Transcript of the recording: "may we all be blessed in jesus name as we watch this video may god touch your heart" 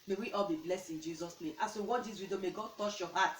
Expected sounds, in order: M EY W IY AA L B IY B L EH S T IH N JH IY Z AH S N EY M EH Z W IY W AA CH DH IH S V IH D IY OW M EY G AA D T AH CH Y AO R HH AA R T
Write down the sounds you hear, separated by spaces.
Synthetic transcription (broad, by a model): M EY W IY AA L B IY B L EH S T IH N JH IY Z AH S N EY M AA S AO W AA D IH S W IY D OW M EY G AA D T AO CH Y AO HH AA T